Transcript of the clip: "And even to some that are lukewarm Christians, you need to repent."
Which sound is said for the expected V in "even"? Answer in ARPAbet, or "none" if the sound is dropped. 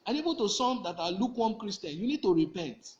B